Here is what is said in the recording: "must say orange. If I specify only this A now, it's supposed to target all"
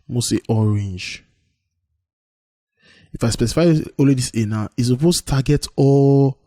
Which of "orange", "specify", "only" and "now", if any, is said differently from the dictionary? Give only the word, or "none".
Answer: only